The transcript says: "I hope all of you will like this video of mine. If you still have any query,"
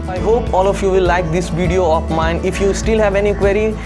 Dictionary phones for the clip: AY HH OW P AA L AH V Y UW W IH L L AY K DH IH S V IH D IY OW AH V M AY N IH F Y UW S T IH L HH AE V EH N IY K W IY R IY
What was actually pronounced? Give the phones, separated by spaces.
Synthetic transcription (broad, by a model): AY HH OW P AA L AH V Y UW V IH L L AY K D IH S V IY D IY OW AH F M AY N IH F Y UW S T IH L HH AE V EH N IY K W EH R IY